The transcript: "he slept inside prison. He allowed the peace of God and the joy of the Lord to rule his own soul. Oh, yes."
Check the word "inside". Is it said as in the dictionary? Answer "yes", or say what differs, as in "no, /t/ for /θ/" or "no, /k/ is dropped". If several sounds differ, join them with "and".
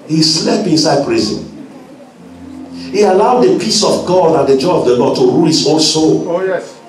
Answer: yes